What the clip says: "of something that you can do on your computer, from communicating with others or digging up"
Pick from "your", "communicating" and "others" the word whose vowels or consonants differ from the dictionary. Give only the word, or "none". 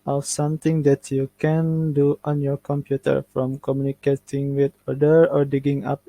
others